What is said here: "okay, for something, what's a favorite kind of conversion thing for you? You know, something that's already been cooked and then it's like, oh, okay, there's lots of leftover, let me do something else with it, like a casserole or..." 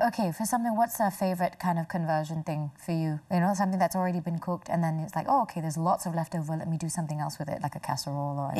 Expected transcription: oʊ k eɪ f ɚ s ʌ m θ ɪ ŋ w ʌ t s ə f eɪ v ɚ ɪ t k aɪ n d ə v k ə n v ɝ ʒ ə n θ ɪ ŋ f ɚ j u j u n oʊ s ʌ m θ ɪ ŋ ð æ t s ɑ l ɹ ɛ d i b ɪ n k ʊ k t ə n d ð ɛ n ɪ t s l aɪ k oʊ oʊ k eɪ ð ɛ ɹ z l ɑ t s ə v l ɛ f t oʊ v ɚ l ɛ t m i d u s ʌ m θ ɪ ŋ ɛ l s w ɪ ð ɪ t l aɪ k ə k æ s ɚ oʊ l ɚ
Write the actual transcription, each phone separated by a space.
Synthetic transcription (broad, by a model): oʊ k eɪ f ɚ s ʌ m θ ɪ ŋ w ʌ t s ə f eɪ v ɚ ɪ t k aɪ n d ə v k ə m v ɝ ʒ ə n θ ɪ ŋ f ɚ j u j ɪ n oʊ s ʌ m θ ɪ ŋ ð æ t s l ɹ ɛ d i b ɪ n k ʊ k t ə n ð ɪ n ɪ t s l aɪ k oʊ oʊ k eɪ ð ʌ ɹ z l ɑ t s ə v l ɛ f t oʊ v ɚ l ɛ t m i d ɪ s ʌ m θ ɪ ŋ ɛ l s w ɪ ð ɪ t l aɪ k ə k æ s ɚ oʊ l ɚ